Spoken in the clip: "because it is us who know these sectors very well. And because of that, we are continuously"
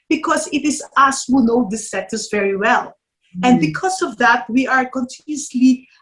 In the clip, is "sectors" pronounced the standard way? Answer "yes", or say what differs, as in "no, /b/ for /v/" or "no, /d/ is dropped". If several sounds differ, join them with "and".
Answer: no, /k/ is dropped